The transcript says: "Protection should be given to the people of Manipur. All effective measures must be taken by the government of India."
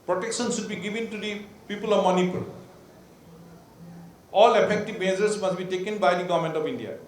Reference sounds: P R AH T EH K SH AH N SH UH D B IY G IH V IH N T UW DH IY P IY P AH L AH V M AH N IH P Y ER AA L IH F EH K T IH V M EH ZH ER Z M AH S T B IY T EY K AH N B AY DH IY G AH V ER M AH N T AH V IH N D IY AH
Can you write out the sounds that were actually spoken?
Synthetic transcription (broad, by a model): P R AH T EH K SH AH N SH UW D B IY G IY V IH N T UW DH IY P IY P AH L AH V M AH N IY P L AA L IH P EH K T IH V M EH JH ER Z M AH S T B IY T EY K AH N B AY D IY G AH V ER M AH N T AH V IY N D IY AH